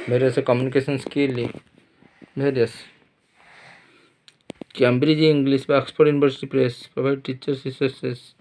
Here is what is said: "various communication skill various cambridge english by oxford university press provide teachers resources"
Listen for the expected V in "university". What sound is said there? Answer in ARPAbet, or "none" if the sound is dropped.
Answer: B